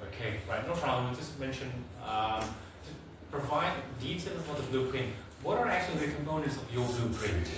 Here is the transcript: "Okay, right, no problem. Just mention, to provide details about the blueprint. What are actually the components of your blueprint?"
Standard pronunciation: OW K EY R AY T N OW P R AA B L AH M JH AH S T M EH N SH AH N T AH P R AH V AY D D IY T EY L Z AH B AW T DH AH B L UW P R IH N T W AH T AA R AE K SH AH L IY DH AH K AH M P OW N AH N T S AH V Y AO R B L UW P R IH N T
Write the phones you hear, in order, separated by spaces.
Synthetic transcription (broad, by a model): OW K EY R AY T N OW F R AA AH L JH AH S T M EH N SH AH N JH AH P R AH V AY D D IY T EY L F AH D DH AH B L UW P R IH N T W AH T AA R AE K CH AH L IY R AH K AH M P OW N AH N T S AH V Y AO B L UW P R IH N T